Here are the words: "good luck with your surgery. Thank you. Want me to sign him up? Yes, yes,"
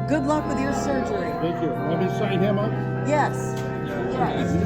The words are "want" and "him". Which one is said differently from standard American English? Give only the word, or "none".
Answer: want